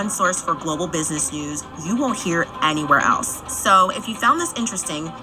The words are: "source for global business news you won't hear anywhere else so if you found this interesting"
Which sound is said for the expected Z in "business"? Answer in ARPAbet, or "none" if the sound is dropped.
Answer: Z